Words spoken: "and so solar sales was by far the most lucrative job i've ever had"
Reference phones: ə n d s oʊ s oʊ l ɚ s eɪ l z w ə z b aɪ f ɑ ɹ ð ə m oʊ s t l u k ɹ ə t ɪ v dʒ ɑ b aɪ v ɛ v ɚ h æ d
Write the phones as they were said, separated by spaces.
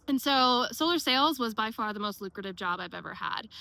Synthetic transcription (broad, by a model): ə n s oʊ s oʊ l ɚ s eɪ l z w ə z b aɪ f ɑ ɹ ð ə m oʊ s t l u k ɹ ə t ɪ v dʒ ɑ b aɪ v ɛ v ɚ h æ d